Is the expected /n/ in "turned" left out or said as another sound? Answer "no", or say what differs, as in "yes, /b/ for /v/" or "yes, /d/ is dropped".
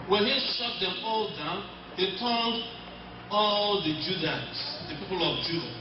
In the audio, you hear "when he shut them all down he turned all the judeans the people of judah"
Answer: yes, /l/ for /n/